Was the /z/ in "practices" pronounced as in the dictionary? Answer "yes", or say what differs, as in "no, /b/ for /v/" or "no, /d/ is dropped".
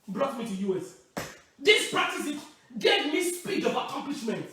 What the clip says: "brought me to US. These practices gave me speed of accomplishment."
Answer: no, /z/ is dropped